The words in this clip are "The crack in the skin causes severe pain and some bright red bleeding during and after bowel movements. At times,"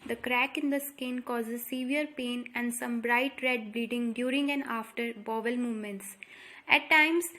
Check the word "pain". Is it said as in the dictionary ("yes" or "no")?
yes